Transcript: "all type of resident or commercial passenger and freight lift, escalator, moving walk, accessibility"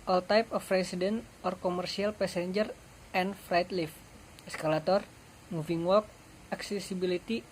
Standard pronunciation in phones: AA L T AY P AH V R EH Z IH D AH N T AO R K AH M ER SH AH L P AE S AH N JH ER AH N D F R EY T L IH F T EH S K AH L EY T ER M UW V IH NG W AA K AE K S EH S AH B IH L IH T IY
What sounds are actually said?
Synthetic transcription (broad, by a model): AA L T AY P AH F R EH S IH D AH N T AO R K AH M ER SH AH L P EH S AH N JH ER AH N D F R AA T L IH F EH S K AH L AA T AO M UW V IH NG W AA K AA K S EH S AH B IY L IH T IY